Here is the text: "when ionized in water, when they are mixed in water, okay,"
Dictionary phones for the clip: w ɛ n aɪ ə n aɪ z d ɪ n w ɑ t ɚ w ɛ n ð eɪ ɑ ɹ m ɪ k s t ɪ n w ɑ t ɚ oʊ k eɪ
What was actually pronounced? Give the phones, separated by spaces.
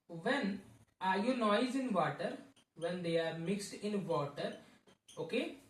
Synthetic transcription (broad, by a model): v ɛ n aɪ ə n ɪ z ɪ n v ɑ t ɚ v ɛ n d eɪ ɑ ɹ m ɪ k s t ɪ n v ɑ t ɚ oʊ k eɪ